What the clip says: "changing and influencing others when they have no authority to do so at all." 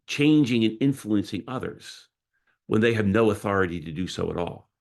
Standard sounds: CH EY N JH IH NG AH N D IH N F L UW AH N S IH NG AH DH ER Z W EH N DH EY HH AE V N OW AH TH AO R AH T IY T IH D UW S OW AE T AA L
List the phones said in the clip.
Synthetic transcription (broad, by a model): CH EY N JH IH NG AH N IH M F L UW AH N S IH NG AH DH ER Z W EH N DH EY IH V N OW AH TH AO R AH T IY T IH D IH S OW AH T AA L